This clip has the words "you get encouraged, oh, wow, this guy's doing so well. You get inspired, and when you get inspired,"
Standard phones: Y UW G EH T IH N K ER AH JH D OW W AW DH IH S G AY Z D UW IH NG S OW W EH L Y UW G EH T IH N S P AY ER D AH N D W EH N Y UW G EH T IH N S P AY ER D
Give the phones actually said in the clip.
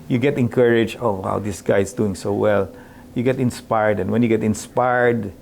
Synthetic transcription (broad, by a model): Y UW G EH T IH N K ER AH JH OW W AW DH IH S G AY S D UW IH NG S OW W EH L Y UW G EH T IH N S P AY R D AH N W EH N Y UW G EH T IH N S P AY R D